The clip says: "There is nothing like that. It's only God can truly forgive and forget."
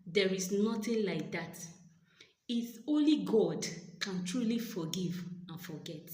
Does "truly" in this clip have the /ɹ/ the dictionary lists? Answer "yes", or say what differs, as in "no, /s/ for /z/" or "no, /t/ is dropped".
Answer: yes